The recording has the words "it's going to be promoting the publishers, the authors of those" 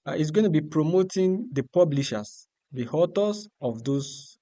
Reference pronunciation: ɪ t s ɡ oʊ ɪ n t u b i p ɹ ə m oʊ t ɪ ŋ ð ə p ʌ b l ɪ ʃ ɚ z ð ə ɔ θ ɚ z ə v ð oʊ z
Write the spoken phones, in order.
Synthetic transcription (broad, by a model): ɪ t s ɡ oʊ ɪ n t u b i p ɹ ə m oʊ t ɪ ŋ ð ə p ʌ b l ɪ ʃ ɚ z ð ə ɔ t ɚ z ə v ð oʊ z